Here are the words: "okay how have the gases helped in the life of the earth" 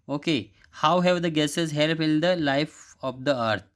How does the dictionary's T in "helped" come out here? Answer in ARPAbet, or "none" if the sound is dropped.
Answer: none